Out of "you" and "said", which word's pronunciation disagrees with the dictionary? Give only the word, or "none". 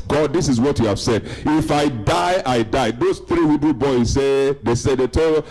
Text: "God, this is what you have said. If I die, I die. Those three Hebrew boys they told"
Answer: none